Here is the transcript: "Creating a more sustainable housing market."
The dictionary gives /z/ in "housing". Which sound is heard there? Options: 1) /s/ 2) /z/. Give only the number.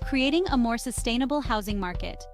2